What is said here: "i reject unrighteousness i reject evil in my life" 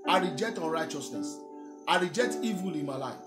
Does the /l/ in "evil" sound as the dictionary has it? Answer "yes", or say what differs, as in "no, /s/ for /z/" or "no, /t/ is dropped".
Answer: yes